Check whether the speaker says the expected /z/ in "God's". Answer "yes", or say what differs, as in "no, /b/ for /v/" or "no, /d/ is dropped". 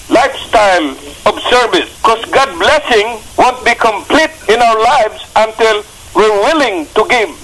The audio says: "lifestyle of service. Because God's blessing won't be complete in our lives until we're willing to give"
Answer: no, /z/ is dropped